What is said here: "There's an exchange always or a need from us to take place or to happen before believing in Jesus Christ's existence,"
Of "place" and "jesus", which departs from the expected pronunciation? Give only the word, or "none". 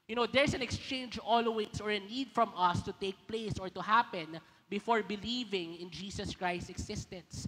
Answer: jesus